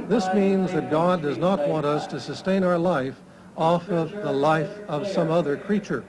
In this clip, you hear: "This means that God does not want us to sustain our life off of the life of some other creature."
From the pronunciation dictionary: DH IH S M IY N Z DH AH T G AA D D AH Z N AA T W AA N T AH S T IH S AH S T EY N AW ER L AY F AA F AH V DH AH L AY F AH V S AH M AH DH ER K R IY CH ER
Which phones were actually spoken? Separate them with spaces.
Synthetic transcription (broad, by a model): DH IH S M IY N Z DH AH T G AA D D AH Z N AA T W AA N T AH S T IH S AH S T EY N AW ER L AY F AA F AH V DH AH L AY F AH V S AH M AH DH ER K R IY CH ER